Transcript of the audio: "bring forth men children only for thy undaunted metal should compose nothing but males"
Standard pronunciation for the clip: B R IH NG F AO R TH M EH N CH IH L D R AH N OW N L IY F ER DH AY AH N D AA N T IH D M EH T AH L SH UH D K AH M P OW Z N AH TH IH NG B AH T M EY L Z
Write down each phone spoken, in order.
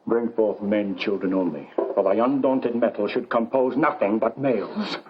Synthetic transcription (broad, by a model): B R IH NG F AO R TH M EH N CH IH L D R AH N OW N L IY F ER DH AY AH N D AA N T IH D M EH T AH L SH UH D K AH M P OW Z N AH TH IH NG B AH T M EY L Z